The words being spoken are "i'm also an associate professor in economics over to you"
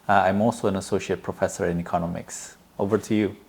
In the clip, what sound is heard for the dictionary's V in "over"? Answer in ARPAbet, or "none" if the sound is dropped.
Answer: V